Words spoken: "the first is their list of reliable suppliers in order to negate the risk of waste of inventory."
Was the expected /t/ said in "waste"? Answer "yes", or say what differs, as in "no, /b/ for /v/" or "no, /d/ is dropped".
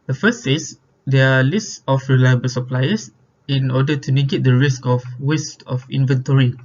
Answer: yes